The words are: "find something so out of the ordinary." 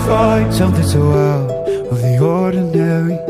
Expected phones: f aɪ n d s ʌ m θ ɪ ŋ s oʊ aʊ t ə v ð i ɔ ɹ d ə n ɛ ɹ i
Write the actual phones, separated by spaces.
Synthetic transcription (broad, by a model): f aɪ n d s ʌ m θ ɪ ŋ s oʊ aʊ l ə v ð i ɔ ɹ d n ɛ ɹ i